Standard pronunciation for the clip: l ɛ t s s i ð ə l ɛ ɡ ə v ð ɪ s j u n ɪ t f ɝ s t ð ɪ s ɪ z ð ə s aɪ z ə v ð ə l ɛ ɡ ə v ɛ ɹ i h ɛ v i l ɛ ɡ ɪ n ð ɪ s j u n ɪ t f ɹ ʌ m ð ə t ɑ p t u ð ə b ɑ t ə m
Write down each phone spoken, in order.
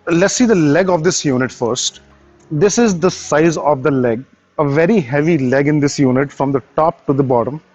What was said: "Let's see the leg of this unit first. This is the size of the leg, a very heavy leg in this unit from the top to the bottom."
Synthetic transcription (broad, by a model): l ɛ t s s i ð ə l ɛ ɡ ə v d ɪ s j u n ɪ t f ɝ s t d ɪ s ɪ z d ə s aɪ z ə v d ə l ɛ ɡ ə v ɛ ɹ i h ɛ v i l ɛ ɡ ɪ n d ɪ s j u n ɪ t f ɹ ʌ m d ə t ɑ p t u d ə b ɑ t ə m